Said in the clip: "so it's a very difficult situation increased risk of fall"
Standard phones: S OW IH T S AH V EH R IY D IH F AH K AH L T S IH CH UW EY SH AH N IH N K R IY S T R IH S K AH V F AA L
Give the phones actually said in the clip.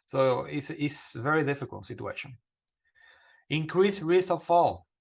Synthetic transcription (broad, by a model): S OW IH T S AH V EH R IY D IH F AH K AH L T S IH CH UW EY SH AH N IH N K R IY S R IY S AH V F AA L